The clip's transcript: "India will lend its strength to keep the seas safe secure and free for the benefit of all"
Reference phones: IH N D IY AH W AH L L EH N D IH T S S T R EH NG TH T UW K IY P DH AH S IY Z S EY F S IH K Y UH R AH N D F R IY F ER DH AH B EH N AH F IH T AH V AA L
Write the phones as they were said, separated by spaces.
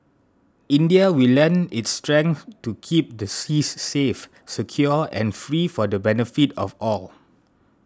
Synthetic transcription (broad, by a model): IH N D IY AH W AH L L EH N IH T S S T R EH NG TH T UW K IY P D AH S IY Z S EY F S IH K Y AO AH N F R IY F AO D AH B EH N AH F IH T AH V AA L